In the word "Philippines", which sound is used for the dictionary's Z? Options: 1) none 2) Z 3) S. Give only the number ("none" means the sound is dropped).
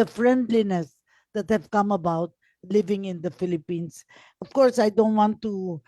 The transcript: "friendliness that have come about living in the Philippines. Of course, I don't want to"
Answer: 3